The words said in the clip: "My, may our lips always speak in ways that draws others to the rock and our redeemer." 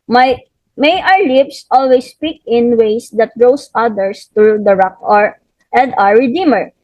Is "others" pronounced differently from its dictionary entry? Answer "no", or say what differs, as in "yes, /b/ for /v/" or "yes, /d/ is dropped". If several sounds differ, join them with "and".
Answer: yes, /s/ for /z/